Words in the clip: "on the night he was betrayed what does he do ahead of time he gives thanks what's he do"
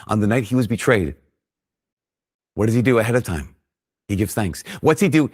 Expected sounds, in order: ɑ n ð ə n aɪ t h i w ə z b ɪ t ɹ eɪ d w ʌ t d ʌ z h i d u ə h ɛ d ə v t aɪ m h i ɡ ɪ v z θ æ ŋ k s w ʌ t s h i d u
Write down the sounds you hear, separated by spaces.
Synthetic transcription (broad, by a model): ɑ n ð ə n aɪ t h i w ə z b ɪ t ɹ eɪ d w ʌ t d ʌ z i d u ə h ɛ d ə v t aɪ m h i ɡ ɪ v z θ æ ŋ k s w ʌ t s h i d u